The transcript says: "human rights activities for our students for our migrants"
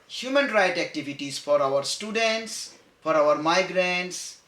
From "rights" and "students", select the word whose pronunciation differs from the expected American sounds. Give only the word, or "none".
rights